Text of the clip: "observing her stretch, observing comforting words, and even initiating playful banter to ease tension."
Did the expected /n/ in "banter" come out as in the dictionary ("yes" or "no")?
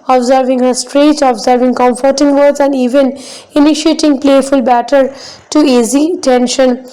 no